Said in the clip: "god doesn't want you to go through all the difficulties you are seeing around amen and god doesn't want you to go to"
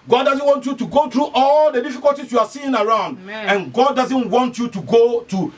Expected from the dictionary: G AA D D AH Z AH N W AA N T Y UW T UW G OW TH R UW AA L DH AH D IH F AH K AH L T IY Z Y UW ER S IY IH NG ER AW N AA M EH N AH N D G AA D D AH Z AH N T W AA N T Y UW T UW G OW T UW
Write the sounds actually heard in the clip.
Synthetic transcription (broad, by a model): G AA D D AH Z AH N W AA N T Y UW T UW G OW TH R UW AA L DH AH D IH F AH K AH L T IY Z Y UW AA S IY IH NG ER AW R AA UH N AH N G AA D D AH Z AH N T W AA N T Y UW T UW G OW T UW